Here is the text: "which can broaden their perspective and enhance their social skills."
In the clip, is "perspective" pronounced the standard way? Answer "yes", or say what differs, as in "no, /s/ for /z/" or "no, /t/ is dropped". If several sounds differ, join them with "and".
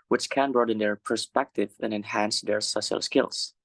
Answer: yes